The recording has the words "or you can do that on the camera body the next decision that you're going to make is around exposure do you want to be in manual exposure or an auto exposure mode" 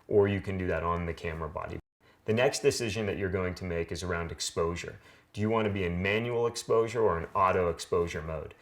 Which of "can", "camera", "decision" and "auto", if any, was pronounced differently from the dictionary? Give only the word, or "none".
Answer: none